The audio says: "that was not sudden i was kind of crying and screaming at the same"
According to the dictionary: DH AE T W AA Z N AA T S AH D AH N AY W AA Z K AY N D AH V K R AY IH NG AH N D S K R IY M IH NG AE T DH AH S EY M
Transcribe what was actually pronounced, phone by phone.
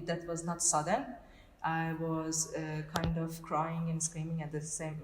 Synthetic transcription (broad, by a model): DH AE T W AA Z N AA T S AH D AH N AY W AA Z K AY N D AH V K R AY IH NG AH N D S K R IY M IH NG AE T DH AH S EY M